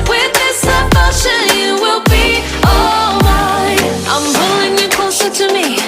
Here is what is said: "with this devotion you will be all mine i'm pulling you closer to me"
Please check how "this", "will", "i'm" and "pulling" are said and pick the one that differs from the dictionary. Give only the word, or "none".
pulling